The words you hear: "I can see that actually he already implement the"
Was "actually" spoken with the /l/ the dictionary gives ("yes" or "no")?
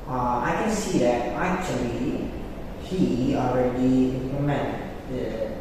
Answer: yes